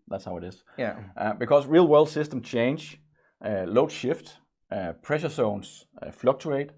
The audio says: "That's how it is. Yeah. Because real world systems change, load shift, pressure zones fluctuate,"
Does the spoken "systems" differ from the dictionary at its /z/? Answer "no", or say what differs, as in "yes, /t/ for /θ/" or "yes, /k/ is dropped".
yes, /z/ is dropped